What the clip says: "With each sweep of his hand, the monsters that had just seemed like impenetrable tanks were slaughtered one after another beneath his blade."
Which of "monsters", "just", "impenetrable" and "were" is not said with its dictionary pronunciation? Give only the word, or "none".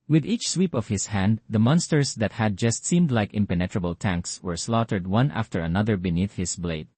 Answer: monsters